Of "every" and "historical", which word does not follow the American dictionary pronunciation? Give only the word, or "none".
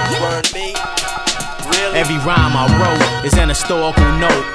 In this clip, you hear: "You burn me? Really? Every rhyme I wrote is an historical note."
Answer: historical